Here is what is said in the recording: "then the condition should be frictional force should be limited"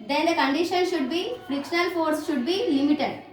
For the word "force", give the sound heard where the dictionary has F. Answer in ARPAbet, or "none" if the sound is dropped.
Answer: F